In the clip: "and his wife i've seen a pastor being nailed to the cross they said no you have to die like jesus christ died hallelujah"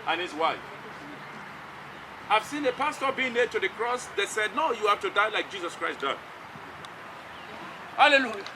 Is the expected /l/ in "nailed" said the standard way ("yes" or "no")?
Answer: no